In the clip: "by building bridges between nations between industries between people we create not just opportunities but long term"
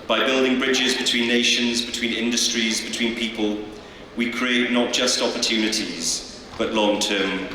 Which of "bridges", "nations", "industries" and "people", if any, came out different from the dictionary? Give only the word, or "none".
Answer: none